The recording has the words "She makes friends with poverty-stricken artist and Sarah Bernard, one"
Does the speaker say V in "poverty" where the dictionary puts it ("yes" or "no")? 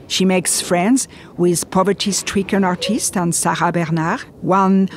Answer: yes